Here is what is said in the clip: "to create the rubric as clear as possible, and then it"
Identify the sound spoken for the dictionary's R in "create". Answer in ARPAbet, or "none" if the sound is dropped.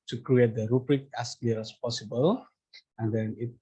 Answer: R